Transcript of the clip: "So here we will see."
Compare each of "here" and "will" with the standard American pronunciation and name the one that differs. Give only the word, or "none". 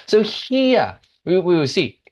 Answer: here